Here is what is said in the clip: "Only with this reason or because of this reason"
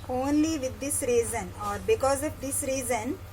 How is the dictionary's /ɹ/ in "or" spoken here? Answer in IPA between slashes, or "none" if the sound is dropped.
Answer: /ɹ/